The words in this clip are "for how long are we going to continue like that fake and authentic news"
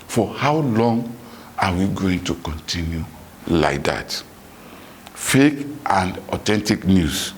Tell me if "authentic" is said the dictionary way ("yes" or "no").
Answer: no